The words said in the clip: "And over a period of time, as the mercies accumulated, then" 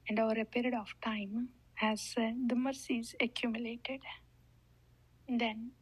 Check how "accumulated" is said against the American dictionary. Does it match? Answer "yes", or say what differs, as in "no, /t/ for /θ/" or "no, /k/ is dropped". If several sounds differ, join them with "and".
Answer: yes